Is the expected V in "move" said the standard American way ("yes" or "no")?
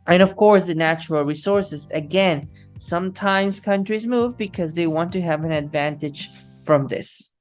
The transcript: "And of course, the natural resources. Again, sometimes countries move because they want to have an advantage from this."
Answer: yes